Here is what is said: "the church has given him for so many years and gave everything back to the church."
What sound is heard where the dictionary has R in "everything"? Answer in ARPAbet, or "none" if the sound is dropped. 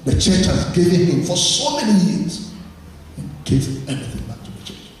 none